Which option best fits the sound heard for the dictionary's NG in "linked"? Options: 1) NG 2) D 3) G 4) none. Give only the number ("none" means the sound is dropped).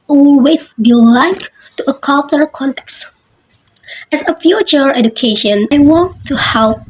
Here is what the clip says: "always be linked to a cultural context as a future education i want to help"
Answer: 4